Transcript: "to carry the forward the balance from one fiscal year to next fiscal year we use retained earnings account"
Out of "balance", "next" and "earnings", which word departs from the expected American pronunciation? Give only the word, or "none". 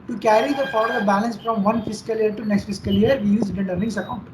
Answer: earnings